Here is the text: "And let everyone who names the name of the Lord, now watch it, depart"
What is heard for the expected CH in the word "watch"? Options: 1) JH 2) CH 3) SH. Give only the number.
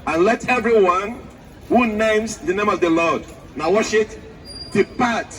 3